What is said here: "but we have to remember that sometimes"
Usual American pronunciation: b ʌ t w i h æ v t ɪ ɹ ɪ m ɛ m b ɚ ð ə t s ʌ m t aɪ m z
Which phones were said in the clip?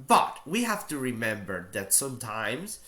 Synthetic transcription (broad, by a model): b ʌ t w i h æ f t ɪ ɹ ɪ m ɛ m b ɚ ð ə t s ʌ m t aɪ m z